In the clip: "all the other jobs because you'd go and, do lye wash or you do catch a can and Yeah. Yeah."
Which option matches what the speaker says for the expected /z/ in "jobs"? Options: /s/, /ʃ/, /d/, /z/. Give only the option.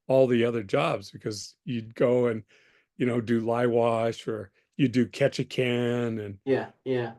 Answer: /z/